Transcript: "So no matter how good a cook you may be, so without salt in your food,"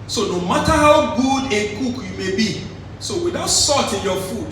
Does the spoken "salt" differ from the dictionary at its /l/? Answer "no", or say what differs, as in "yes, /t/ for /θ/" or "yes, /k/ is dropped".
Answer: yes, /l/ is dropped